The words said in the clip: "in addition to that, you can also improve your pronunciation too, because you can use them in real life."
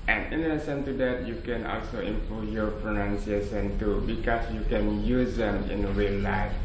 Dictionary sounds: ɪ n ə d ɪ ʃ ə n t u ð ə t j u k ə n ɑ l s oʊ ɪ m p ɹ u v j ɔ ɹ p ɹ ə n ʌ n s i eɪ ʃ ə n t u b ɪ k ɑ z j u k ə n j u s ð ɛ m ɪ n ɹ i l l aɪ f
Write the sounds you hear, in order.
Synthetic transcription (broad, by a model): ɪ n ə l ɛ s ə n t u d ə t j u k ə n ɑ l s oʊ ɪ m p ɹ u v j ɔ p ɹ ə n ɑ n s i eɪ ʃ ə n t u b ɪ k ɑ s j u k ə n j u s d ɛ m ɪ n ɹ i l l aɪ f